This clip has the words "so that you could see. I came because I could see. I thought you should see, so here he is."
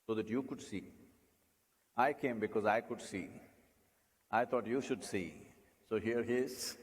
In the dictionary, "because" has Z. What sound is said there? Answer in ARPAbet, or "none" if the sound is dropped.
Z